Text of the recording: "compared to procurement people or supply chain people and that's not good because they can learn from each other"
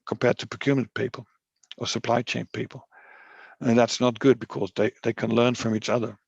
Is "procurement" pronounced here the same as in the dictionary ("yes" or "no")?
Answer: no